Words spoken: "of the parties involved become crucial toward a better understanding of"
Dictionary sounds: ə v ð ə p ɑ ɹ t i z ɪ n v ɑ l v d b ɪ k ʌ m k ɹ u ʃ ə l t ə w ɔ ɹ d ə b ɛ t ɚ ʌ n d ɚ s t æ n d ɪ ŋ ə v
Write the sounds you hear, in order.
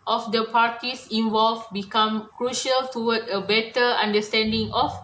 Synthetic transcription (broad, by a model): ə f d ə p ɑ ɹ t i s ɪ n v ɑ l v b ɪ k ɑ m k ɹ u ʃ ə l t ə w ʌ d ə b ɛ t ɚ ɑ n d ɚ s t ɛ n d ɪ ŋ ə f